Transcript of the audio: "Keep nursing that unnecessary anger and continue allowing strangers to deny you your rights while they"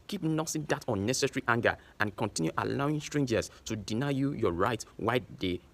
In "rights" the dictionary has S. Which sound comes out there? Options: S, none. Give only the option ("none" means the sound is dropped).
none